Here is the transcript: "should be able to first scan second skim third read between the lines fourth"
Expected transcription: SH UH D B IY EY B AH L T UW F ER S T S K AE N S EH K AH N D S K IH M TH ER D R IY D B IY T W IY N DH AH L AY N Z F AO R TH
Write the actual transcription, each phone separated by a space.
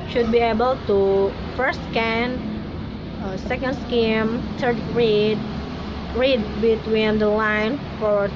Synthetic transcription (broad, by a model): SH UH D B IY EY B AH L T UW F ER S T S K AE N S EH K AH N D S K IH M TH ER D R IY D B IY T W IY N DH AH L AY N F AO R